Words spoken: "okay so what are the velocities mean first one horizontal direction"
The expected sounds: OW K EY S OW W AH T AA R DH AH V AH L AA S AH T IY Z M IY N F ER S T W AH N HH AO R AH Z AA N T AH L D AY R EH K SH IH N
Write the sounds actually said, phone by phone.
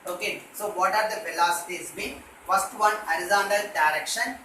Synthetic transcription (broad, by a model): OW K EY S OW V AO T AA R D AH F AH L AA S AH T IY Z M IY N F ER S T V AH N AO R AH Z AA N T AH L D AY R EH K SH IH N